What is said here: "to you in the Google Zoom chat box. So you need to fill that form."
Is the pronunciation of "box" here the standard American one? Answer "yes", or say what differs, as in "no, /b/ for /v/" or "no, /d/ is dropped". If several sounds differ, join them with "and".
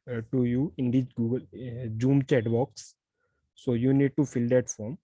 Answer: yes